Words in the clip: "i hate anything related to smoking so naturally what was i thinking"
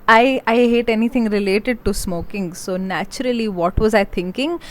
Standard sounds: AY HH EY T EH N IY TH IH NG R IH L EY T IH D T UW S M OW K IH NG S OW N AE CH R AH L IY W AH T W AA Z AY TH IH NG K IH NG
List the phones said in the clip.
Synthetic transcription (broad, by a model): AY HH EY T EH N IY T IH NG R IH L EY T IH D T UW S M OW K IH NG S OW N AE CH R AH L IY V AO T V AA Z AY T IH NG K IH NG